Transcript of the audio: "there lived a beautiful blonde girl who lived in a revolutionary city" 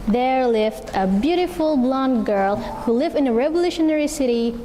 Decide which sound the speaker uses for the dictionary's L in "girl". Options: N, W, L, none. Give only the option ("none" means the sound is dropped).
L